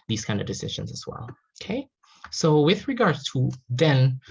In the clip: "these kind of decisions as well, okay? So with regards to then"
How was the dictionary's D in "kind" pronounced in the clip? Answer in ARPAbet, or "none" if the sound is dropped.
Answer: D